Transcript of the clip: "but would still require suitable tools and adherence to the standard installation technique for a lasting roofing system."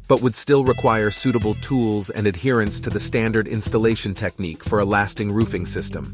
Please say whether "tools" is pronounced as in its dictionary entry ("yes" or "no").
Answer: yes